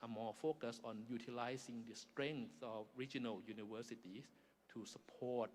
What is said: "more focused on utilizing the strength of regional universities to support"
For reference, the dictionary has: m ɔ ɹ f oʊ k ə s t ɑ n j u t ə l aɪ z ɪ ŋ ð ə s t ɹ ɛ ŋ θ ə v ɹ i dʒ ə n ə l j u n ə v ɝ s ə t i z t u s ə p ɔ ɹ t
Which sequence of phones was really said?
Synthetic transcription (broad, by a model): m ɔ f oʊ k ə s ɑ n j u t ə l aɪ s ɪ ŋ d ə s t ɹ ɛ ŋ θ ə f ɹ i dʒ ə n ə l j u n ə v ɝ s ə t i s t u s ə p ɔ t